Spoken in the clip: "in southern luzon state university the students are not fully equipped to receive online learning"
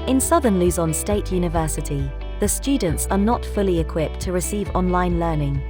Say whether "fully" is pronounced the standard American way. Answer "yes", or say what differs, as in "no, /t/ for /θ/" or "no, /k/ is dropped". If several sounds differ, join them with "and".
yes